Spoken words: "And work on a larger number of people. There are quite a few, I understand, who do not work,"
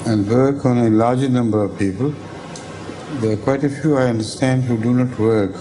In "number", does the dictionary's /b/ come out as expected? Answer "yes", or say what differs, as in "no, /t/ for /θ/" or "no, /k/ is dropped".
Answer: yes